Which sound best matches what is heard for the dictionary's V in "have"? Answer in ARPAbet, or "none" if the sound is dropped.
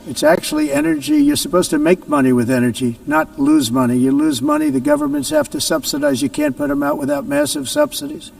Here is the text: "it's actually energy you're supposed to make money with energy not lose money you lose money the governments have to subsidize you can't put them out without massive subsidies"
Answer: F